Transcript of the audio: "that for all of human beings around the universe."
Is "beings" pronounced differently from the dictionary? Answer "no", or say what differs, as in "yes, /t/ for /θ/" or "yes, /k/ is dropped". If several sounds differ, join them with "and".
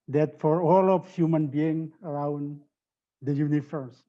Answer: yes, /z/ is dropped